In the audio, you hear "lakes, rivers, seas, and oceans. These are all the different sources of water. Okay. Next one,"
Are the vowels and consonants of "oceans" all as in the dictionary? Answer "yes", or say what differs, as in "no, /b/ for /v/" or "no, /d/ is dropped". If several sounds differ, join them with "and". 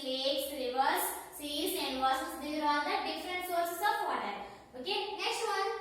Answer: no, /s/ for /ʃ/